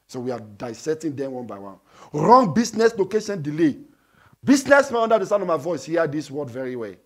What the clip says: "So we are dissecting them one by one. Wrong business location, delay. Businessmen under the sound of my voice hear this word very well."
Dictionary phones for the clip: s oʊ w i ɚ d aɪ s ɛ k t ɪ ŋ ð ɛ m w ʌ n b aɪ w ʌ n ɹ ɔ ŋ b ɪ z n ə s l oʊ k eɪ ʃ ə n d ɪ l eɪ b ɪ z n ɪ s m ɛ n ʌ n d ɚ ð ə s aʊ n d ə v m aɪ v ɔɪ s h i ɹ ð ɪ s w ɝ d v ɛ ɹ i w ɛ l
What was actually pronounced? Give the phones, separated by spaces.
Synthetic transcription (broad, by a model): s oʊ w i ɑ d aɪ s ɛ t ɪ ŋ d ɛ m w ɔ n b aɪ w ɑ n ɹ ɔ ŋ b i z n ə s l oʊ k eɪ ʃ ə n d ɪ l eɪ b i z n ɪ s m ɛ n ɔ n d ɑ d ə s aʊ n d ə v m aɪ v ɔɪ s h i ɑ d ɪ s w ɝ d v ɛ ɹ i w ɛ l